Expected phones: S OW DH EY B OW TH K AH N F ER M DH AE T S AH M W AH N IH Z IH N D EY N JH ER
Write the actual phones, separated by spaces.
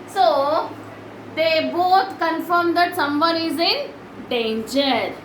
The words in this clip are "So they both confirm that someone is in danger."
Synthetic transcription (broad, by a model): S OW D EY B OW T K AH N F ER M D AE T S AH M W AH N IH Z IH N D EY N JH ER